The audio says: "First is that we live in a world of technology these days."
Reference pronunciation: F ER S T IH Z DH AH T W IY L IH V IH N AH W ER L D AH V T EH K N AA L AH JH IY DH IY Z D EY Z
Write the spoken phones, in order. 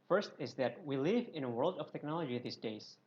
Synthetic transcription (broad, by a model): F ER S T IH Z DH AH T W IY L IH V IH N AH W ER L D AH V T EH K N AA L AH JH IY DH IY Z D EY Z